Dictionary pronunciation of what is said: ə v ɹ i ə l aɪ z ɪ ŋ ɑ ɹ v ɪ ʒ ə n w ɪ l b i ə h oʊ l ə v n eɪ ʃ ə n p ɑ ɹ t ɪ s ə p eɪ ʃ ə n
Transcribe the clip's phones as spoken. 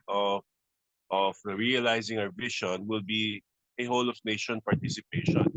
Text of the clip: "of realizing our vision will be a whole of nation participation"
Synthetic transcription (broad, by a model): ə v ɹ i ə l aɪ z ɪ ŋ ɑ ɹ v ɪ ʃ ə n w ɪ l b i ə h oʊ l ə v n eɪ ʃ ə n p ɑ ɹ t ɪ s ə p eɪ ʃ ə n